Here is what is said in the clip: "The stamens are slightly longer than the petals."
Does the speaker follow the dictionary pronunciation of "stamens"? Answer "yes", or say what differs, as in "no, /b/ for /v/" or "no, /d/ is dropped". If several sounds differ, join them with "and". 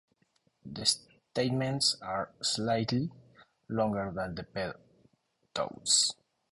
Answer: no, /s/ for /z/